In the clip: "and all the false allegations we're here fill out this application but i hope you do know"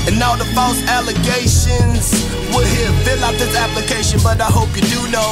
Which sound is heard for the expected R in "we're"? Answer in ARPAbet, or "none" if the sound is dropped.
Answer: L